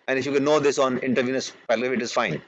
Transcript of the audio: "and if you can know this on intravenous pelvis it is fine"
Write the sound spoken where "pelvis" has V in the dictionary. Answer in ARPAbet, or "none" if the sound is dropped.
none